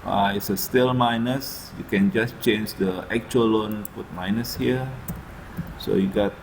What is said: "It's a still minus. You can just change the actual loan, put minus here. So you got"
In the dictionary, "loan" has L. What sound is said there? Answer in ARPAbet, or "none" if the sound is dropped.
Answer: L